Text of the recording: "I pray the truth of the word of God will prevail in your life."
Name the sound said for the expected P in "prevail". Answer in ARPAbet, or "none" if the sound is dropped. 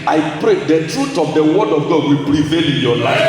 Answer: B